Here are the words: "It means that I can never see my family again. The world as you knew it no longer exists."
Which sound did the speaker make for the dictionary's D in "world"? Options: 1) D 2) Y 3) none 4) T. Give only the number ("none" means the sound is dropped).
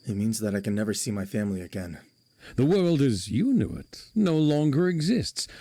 1